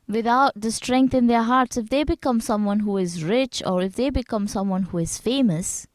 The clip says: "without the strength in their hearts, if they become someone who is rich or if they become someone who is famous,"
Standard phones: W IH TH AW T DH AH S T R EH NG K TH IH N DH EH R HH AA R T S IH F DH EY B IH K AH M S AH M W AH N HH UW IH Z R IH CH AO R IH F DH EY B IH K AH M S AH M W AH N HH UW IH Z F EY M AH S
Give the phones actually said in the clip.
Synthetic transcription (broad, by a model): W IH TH AW T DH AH S T R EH NG K T IH N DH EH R HH AA R T S IH F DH EY B IH K AH M S AH M W AH N HH UW IH Z R IH CH AO R IH F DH EY B IH K AH M S AH M W AH N HH UW IH Z F EY M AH S